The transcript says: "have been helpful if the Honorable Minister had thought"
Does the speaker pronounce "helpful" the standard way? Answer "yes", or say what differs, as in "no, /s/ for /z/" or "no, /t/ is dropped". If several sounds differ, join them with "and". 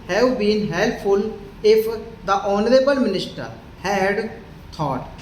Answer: no, /f/ is dropped